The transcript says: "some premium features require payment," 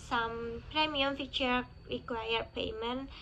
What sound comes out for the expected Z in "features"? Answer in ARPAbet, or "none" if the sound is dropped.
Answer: none